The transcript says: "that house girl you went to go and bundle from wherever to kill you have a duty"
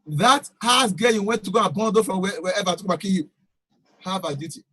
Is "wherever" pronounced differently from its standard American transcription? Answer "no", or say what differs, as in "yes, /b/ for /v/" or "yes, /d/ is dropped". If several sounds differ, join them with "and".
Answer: yes, /w/ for /ɹ/